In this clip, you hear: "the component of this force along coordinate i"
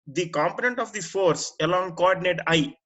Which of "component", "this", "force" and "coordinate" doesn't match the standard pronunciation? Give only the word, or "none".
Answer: this